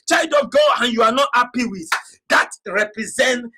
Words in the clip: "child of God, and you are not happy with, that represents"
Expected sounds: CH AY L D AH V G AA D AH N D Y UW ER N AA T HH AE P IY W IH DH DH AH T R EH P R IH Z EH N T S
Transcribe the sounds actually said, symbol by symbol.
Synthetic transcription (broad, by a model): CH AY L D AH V G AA AH N Y UW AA N AA T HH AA P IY W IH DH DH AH T R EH P R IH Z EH N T